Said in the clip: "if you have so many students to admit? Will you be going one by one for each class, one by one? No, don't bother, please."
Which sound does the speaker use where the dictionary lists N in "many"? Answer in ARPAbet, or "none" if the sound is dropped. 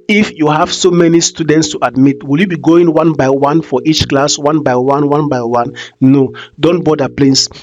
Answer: N